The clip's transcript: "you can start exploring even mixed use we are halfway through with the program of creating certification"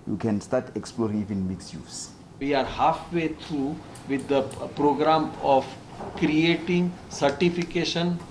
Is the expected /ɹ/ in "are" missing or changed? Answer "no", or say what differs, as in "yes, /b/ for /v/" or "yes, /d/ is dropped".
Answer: no